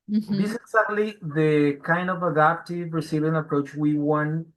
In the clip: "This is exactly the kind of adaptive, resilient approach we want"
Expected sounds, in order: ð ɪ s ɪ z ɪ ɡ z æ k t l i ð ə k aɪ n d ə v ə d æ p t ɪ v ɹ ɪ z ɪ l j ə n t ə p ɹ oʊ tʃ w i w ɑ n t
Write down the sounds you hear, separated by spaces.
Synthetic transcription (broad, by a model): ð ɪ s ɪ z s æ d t l i ð ə k aɪ n d ə v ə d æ p t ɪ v ɹ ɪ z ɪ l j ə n ə p ɹ oʊ tʃ w i w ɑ n